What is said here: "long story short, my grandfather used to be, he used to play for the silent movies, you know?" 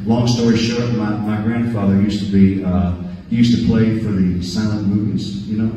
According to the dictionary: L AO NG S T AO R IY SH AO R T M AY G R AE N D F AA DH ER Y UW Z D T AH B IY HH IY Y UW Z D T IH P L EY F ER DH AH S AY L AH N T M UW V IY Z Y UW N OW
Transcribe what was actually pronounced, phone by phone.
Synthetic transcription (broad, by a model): L AO NG S T AO R IY SH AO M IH M AY G R AE N D F AA DH ER Y UW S T AH B IY HH IY Y UW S T IH P L EY F ER DH AH S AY AH N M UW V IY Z Y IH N OW